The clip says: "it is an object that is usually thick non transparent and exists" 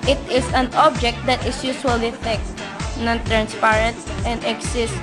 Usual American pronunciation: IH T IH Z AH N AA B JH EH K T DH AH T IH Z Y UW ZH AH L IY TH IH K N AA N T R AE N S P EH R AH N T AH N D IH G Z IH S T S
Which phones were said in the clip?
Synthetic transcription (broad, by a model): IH T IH S AH N AA B JH EH K T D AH T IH S Y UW S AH L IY T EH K N AA N T R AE N S P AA R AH N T AH N D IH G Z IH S S